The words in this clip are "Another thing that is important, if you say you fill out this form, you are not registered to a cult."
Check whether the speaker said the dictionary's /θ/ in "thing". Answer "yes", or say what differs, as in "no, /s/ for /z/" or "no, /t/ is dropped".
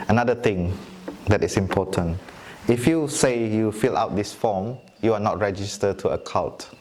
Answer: no, /t/ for /θ/